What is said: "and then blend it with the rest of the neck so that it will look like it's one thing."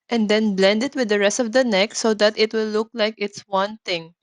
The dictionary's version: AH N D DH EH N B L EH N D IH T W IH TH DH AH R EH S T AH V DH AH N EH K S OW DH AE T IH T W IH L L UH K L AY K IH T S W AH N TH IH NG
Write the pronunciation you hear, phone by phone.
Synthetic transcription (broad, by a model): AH N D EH N B L EH N D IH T W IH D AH R EH S T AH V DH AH N EH K S OW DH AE T IH T W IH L L UH K L AY K IH T S W AH N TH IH NG